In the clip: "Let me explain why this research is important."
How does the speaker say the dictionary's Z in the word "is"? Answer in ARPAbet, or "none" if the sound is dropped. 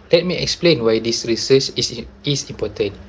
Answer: S